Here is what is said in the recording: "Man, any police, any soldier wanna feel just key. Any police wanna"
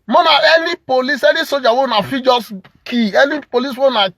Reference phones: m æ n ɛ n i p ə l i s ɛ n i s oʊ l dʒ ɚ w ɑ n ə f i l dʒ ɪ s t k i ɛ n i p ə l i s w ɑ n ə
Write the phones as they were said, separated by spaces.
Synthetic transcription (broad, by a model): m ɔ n ɛ n i p ə l i s ɛ n i s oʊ dʒ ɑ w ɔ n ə f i dʒ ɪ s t k i ɛ n i p ə l i s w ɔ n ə